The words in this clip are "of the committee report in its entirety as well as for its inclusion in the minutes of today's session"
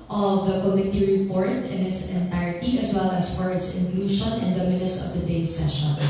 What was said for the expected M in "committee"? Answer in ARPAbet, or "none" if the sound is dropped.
M